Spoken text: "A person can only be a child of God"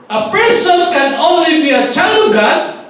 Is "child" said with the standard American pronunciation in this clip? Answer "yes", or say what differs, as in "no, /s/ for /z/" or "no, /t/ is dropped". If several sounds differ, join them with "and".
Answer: no, /d/ is dropped